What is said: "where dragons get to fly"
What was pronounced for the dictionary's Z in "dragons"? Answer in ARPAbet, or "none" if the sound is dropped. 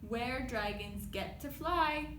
Z